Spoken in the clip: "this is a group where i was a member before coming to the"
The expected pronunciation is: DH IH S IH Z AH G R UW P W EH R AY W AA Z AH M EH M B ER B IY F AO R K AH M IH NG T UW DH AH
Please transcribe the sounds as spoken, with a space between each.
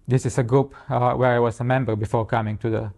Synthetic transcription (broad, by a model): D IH S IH S AH G R UW P W EH R AY W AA S AH M EH M B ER B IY F AO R K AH M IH NG T UW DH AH